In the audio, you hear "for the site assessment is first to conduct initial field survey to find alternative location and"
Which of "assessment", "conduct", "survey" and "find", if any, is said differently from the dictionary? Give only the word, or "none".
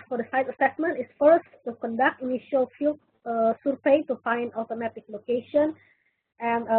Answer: survey